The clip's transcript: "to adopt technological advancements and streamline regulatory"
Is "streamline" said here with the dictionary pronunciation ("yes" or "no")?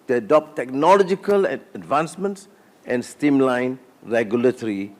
no